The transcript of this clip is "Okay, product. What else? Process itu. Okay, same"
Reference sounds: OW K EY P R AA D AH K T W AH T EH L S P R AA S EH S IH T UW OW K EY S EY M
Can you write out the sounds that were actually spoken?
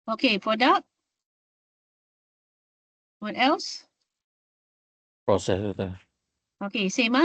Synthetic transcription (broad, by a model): OW K EY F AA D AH T W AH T EH L S P R AA S EH S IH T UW OW K EY S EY M